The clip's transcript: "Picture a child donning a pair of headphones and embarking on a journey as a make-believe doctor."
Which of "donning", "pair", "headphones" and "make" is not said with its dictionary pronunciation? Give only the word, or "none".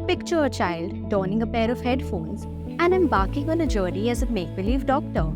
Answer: none